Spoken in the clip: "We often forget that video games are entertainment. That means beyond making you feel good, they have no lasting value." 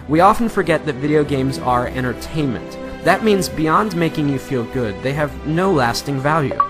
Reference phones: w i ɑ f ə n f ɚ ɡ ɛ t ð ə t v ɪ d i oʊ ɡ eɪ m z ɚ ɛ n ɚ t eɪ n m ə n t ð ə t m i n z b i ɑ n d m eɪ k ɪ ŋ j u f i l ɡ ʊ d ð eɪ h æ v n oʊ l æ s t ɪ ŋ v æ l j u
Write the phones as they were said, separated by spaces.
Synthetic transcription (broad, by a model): w i ɑ f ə n f ɚ ɡ ɛ t ð ə t v ɪ d i oʊ ɡ eɪ m z ɚ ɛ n ɚ t eɪ n m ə n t ð ə t m i n z b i ɑ n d m eɪ k ɪ ŋ j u f i l ɡ ʊ d ð eɪ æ v n oʊ l æ s t ɪ ŋ v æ l j u